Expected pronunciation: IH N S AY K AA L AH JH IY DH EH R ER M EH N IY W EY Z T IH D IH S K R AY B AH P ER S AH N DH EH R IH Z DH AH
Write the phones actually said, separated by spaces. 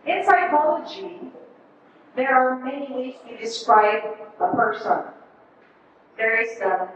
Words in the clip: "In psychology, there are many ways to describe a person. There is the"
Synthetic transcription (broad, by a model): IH N S AY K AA L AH JH IY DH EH R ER M EH N IY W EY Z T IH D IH S K R AY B AH P ER S AH N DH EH R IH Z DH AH